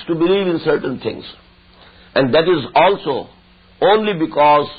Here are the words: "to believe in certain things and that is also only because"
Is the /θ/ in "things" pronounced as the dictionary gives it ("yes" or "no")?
no